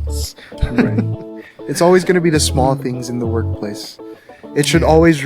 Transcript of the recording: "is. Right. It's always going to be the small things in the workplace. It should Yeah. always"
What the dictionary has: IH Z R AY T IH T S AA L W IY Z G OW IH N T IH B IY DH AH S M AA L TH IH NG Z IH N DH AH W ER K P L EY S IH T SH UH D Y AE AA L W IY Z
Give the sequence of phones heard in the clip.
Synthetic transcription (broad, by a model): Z R AY T IH T S AA L W IY Z G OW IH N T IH B IY DH AH S M AA L TH IH NG Z IH N DH AH W ER K P L EY S IH T SH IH D AA L W IY Z